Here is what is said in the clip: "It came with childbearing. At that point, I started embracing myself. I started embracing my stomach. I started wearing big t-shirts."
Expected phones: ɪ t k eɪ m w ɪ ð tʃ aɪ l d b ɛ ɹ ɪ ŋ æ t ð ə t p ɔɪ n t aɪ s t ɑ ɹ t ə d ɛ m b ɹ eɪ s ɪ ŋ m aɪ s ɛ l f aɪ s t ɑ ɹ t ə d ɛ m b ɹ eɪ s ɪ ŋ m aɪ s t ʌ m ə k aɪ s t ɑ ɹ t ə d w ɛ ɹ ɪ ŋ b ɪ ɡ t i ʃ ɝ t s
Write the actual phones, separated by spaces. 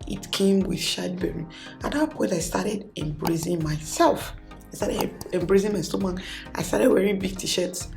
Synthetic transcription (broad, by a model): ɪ t k eɪ m w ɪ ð ʃ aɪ d b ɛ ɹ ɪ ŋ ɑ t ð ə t p ɔɪ n t aɪ s t ɑ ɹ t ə d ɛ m b ɹ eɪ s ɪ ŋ m aɪ s ɛ l f aɪ s t ɑ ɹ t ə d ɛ m b ɹ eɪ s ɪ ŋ m aɪ s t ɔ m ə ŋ aɪ s t ɑ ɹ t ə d w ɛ ɹ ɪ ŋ b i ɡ t i ʃ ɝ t s